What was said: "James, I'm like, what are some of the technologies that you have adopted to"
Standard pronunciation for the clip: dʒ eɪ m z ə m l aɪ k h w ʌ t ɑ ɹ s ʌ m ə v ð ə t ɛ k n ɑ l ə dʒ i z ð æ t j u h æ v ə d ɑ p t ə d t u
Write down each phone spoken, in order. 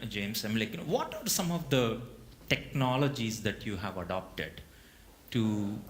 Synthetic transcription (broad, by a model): dʒ eɪ m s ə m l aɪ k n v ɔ t ɑ ɹ s ʌ m ə v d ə t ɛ k n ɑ l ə dʒ i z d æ t j u h æ v ə d ɑ p t ə d t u